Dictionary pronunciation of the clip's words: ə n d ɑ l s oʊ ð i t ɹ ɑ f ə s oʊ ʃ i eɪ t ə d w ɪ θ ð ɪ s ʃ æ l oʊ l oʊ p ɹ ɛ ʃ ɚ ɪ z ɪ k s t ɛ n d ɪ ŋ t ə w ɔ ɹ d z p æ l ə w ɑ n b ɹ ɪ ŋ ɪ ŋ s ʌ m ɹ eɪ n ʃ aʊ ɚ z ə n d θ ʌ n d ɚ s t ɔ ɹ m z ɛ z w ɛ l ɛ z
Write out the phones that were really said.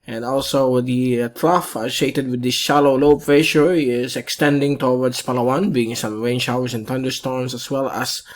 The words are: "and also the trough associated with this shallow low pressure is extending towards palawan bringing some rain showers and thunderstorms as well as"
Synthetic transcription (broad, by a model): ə n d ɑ l s oʊ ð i t ɹ ɑ f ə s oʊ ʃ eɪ t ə d w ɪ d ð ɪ s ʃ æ l oʊ l oʊ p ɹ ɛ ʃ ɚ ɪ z ɪ k s t ɛ n d ɪ ŋ t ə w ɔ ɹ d s p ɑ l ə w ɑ n b i ɪ ŋ s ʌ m ɹ eɪ n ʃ aʊ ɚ s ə n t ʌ n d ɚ s t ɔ ɹ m s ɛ s w ɛ l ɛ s